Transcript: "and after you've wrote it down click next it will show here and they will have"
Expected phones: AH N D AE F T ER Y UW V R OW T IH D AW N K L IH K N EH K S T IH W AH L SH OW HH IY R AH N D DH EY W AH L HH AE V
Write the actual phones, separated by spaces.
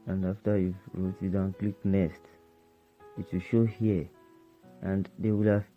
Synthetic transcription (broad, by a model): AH N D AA F T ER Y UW R OW T IH D AW N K L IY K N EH S T IH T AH SH OW HH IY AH N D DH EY W AH L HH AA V